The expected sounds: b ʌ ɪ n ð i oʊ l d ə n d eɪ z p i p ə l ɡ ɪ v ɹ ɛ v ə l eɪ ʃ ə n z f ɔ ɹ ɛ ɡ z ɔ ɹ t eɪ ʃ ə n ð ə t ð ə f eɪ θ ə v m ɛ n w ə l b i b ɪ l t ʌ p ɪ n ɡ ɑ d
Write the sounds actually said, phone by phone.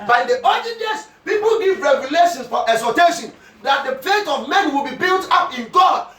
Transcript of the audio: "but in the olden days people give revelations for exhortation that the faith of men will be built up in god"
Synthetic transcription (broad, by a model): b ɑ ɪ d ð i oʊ d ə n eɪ s p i p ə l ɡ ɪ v ɹ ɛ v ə l eɪ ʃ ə n s f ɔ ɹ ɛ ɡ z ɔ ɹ t eɪ ʃ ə n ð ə t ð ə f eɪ t ə v m ɛ n w ə l b i b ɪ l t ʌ p ɪ n ɡ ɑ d